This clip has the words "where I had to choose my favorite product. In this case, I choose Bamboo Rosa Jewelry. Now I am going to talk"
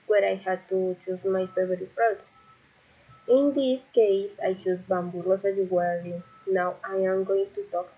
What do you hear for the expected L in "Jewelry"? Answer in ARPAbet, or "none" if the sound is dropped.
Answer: W